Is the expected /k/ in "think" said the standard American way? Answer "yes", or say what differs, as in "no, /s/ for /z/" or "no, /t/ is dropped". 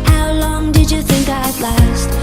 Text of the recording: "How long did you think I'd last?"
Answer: yes